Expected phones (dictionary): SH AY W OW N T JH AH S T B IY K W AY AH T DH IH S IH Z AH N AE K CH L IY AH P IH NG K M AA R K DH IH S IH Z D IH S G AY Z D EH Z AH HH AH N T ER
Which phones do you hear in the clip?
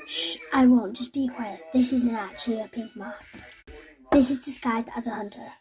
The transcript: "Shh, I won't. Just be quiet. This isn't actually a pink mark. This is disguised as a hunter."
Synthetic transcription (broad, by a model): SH AY W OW N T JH AH S B IY K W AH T DH IH S IH Z AH N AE CH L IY AH P IH NG K M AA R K DH IH S IH Z D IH S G AY Z D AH Z AH HH AH N T ER